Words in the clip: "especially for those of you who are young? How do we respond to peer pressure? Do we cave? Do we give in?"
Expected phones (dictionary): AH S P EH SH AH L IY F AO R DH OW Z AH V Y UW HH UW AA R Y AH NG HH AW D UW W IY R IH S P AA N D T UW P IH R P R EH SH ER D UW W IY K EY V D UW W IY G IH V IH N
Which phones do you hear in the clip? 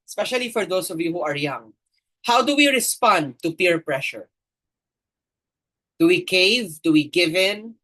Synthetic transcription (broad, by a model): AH S P EH SH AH L IY F AO R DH OW S AH V Y UW HH UW AA R Y AH NG HH AW D UW W IY R IH S P AA N D T UW P IH R P R EH SH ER D UW W IY K EY V D UW W IY G IH V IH N